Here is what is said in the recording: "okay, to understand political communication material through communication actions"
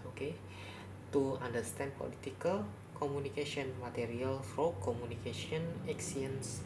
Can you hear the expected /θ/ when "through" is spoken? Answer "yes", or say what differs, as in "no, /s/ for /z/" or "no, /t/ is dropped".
no, /f/ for /θ/